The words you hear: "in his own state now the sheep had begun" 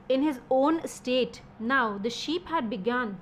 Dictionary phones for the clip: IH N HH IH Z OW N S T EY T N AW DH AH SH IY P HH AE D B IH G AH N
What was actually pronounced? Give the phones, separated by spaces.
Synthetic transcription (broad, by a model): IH N HH IH Z OW N S T EY T N AW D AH SH IY P HH AE D B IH G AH N